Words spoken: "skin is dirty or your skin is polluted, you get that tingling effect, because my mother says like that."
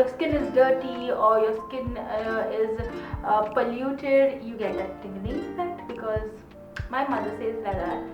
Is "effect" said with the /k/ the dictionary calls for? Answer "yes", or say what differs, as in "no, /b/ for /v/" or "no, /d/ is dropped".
no, /k/ is dropped